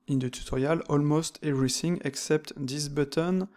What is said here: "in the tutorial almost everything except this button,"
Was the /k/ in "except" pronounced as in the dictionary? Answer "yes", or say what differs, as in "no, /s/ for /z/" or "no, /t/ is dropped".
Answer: yes